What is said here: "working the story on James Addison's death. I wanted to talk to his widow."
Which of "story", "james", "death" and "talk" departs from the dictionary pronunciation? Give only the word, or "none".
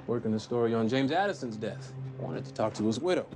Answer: none